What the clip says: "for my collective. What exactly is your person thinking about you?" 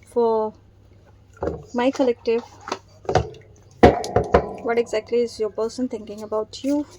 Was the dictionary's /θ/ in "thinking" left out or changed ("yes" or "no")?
yes